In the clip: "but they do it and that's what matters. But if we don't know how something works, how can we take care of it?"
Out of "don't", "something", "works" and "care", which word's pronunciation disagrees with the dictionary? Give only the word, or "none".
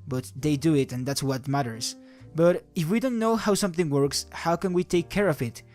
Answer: none